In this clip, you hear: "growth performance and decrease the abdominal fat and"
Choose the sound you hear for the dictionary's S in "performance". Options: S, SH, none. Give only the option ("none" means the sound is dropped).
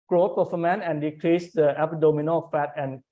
none